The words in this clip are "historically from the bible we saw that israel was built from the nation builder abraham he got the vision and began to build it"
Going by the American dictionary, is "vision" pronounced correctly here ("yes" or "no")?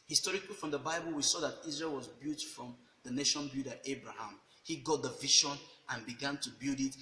no